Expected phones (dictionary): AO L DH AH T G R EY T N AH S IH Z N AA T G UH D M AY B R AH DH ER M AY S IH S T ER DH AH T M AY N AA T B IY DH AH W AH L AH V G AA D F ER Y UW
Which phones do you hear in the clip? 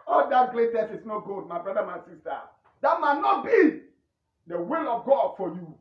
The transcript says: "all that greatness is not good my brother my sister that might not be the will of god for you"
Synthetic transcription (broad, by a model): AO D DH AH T G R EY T AH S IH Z N AA T G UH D M AY B R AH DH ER M AY S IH S T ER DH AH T M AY N AA T B IY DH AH W AH L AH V G AA D F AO Y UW